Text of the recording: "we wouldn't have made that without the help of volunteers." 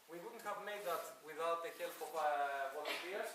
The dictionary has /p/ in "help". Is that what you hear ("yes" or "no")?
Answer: no